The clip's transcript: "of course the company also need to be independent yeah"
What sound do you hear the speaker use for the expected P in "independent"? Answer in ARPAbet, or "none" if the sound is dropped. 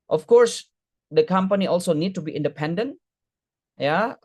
P